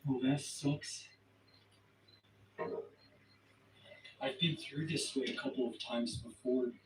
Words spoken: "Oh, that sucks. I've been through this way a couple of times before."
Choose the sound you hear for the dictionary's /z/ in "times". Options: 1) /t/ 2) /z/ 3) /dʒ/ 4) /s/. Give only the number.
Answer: 2